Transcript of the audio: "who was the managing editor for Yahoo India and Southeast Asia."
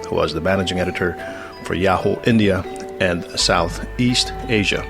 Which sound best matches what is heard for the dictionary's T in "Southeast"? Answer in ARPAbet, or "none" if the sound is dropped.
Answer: T